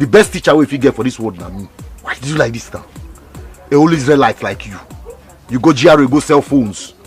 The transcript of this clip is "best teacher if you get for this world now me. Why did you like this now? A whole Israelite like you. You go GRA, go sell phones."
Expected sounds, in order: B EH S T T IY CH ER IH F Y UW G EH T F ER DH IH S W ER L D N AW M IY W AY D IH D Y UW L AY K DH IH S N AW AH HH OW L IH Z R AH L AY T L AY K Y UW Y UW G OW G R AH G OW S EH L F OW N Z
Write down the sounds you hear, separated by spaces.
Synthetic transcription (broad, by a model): B EH S T T IY CH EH IH F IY G EH T F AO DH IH S W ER D N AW M IY W AY D IH D Y UW L AY K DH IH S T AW AH HH OW L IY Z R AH L AY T L AY K Y UW Y UW G OW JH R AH G OW S EH L F OW N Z